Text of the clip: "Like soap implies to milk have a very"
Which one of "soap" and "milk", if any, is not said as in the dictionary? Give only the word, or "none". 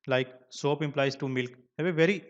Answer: none